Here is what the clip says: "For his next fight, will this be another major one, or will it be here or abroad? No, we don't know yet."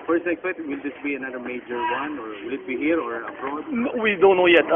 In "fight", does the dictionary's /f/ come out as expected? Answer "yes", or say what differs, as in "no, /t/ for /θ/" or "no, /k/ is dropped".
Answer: no, /p/ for /f/